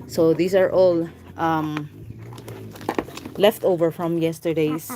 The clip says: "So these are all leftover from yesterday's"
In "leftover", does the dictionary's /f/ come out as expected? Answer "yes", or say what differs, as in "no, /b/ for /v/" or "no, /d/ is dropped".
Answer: yes